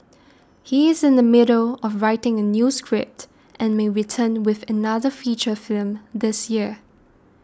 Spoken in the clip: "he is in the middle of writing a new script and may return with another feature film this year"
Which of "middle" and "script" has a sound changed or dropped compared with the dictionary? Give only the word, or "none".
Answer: none